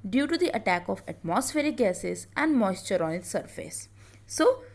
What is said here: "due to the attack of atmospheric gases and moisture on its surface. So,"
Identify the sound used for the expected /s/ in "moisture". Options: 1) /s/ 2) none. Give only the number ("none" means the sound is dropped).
1